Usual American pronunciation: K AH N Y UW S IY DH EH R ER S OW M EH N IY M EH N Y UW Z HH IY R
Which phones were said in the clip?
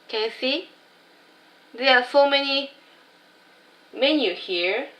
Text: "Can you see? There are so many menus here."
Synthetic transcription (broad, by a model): K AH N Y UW S IY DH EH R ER S OW M EH N IY M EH N Y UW HH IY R